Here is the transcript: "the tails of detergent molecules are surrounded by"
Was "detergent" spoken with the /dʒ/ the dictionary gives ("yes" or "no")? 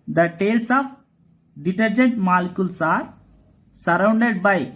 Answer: yes